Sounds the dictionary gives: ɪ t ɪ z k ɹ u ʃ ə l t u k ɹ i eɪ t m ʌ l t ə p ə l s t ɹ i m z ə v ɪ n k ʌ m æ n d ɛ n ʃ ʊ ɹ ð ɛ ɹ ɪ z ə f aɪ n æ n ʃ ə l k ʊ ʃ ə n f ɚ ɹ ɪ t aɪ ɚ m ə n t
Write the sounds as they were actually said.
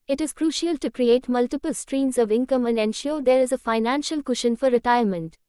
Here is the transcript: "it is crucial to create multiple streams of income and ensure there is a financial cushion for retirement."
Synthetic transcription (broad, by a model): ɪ t ɪ z k ɹ u ʃ ə l t u k ɹ i eɪ t m ʌ l t ə p ə l s t ɹ i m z ə v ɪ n k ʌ m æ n d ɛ n ʃ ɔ ɹ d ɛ ɹ ɪ z ə f aɪ n æ n ʃ ə l k ʊ ʃ ə n f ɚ ɹ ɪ t aɪ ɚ m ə n t